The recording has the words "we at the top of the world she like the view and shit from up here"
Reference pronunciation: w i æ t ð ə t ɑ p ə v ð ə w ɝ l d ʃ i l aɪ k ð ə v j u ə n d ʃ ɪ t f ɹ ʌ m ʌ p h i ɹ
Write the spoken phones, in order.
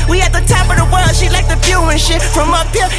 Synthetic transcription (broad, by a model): w i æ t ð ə t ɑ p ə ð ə w ɝ l d ʃ i l aɪ k ð ə f j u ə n ʃ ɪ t f ɹ ʌ m ʌ p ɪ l